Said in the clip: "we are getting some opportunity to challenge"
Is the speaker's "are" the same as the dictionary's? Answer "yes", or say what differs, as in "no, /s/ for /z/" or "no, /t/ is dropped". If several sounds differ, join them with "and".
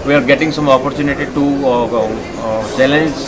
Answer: yes